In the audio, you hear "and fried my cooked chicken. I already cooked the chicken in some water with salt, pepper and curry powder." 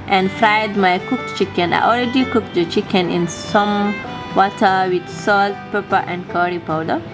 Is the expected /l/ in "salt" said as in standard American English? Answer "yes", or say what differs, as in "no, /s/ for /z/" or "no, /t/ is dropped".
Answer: yes